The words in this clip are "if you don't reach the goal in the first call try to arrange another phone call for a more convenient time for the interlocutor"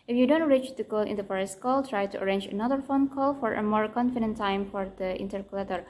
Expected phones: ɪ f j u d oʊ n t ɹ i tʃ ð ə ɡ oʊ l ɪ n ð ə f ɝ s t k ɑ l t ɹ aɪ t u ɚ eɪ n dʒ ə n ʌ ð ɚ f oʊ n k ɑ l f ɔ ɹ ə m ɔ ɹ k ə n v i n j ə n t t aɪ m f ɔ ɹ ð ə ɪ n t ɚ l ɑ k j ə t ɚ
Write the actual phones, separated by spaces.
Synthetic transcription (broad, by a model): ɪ f j u d oʊ n t ɹ i tʃ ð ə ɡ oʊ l ɪ n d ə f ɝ s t k ɑ l t ɹ aɪ t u ɚ eɪ n dʒ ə n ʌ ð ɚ f oʊ n k ɑ l f ɔ ɹ ə m ɔ ɹ k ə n f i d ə n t t aɪ m f ɔ ɹ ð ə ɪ n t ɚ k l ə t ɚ